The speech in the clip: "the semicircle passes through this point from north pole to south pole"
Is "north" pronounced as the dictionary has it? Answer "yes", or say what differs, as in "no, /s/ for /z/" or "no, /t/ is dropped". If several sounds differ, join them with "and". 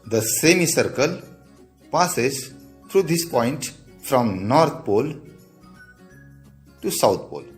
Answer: no, /t/ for /θ/